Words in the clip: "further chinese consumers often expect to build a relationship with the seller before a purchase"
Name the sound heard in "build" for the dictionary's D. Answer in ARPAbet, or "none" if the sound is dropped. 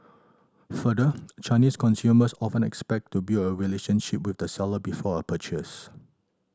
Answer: none